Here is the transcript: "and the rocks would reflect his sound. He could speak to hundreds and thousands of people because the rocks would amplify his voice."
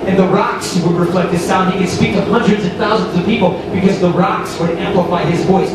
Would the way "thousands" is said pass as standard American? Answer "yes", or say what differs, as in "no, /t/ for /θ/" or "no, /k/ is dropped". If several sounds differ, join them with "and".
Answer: yes